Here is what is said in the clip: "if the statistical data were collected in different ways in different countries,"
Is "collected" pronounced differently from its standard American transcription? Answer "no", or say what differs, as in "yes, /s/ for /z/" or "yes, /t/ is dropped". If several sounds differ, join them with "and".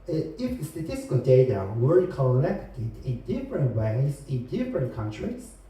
yes, /n/ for /l/